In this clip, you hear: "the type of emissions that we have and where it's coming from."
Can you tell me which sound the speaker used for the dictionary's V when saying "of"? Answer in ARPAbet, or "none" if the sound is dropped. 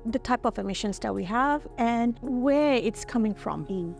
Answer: V